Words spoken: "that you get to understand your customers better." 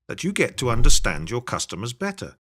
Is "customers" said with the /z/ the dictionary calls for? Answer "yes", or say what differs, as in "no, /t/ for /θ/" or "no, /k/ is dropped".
yes